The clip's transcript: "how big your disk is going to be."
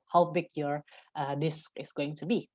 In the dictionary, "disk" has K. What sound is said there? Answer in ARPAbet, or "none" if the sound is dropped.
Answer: K